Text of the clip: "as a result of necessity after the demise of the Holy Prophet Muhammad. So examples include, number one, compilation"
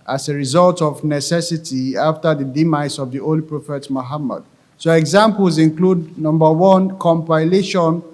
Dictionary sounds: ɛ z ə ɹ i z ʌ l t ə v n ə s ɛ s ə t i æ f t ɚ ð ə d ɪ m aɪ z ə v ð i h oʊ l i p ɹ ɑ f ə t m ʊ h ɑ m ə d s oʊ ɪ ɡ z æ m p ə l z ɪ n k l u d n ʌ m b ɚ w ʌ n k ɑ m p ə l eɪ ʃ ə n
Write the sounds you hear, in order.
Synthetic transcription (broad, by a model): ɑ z ə ɹ i z ʌ l t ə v n ə s ɛ s ə t i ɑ f t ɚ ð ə d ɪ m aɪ s ə v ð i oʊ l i p ɹ ɑ f ə t m ʊ h ɑ m ə d s oʊ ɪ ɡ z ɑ m p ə l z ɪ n k l u d n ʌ m b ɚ w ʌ n k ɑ m p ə l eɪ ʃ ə n